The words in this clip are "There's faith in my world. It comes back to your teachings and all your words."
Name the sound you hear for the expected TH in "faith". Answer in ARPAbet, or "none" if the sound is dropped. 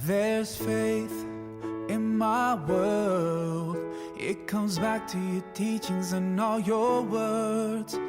TH